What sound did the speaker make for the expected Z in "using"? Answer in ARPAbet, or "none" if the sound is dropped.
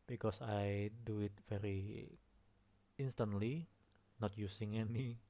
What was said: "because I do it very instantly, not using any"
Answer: S